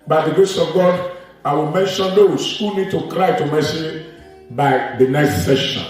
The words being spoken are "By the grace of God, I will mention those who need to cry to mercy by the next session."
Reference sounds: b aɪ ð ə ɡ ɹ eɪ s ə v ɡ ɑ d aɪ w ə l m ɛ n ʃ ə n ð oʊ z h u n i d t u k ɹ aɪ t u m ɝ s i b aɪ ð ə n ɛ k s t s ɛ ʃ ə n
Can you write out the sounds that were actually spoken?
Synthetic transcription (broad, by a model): b aɪ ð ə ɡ eɪ s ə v ɡ ɑ d aɪ w ə l m ɛ n ʃ ə n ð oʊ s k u n i d t u k ɹ aɪ t u m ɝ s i b aɪ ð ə n ɛ k s t s ɛ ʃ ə n